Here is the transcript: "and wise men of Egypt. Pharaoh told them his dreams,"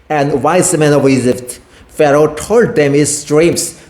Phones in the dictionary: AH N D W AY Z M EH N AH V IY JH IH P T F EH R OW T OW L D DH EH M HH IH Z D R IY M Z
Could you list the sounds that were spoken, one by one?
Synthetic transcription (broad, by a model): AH N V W AY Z M EH N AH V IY Z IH F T F EH R OW T OW L D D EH M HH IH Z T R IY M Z